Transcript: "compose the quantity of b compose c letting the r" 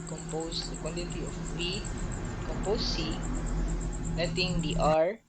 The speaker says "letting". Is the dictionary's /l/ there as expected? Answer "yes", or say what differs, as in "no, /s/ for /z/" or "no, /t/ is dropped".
no, /n/ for /l/